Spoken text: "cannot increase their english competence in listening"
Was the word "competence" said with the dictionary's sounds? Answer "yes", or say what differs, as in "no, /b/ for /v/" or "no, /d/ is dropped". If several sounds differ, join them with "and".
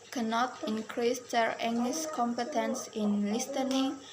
yes